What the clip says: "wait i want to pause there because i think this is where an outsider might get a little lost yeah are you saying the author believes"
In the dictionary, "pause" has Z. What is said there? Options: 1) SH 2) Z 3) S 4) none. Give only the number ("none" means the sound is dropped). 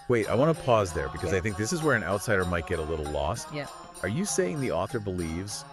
2